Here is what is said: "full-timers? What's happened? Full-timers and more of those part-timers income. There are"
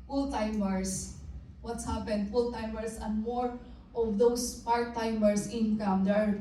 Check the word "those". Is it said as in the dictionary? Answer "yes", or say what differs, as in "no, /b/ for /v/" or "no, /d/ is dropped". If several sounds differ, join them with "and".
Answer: no, /s/ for /z/